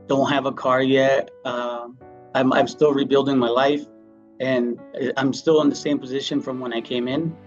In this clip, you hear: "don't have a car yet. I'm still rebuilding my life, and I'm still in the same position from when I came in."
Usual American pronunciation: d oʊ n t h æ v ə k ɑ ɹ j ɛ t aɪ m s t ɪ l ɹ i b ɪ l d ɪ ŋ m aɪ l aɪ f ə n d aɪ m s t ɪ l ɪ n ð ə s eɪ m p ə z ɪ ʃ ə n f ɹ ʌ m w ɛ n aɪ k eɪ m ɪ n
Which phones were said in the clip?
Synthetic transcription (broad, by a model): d oʊ n t h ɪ v ə k ɑ ɹ j ɛ t aɪ m s t ɪ l ɹ i b ɪ l d ɪ ŋ m aɪ l aɪ f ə n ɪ aɪ m s t ɪ l ɪ n ð ə s eɪ m p ə z ɪ ʃ ə n f ɹ ʌ m w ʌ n aɪ k eɪ m ɪ n